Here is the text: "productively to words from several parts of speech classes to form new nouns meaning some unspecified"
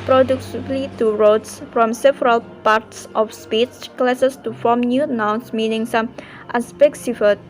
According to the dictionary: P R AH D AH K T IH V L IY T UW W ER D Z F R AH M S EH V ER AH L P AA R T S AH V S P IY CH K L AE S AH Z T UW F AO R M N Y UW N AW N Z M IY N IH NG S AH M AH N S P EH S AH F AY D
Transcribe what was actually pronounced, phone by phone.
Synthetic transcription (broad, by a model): P R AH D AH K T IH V L IY T UW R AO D S F R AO M S EH V ER AH L P AA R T S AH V S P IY S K L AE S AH S T UW F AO M N Y UW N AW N S M IY N IH NG S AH M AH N S P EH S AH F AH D